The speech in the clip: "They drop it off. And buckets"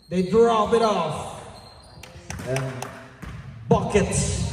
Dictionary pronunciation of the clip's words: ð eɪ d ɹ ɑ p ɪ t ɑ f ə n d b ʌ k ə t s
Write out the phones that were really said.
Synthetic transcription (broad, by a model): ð eɪ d ɹ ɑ b ɪ t ɑ f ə n b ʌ k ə t s